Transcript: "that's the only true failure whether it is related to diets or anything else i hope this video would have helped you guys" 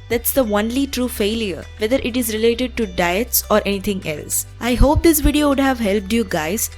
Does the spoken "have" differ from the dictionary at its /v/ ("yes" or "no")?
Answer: no